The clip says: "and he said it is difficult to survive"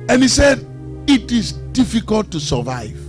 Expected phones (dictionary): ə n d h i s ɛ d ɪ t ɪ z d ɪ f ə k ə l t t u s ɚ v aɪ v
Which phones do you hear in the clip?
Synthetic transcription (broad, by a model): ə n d h i s ɛ d ɪ t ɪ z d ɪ f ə k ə l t t u s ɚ v aɪ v